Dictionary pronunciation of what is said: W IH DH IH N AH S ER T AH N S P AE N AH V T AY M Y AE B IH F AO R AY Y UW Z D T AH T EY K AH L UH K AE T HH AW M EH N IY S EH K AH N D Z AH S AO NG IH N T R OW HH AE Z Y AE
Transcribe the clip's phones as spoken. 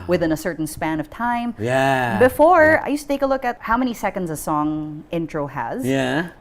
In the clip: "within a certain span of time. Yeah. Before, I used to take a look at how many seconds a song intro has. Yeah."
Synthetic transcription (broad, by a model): W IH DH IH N AH S ER T N S P AE N AH V T AY M Y AE B IH F AO R AY Y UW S T AH T EY K AH L UH K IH T HH AW M EH N IY S EH K AH N D Z AH S AO NG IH N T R OW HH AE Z Y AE